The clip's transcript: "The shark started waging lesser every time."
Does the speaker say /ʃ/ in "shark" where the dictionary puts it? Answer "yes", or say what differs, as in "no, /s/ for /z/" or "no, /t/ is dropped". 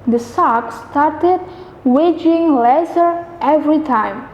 no, /s/ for /ʃ/